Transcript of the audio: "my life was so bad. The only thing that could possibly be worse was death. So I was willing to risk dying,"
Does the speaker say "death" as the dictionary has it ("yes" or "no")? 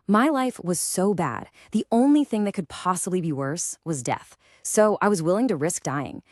yes